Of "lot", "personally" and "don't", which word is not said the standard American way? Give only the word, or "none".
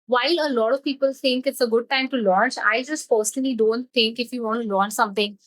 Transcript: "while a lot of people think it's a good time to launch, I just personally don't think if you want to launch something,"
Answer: personally